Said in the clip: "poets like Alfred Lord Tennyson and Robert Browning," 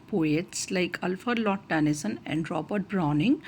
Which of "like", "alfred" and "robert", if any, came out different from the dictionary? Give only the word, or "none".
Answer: alfred